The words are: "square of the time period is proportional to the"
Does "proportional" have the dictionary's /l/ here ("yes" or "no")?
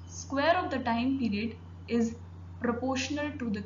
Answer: yes